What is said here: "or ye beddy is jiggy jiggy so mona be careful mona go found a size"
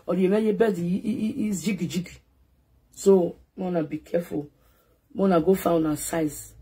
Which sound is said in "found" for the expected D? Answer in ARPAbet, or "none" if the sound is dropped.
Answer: none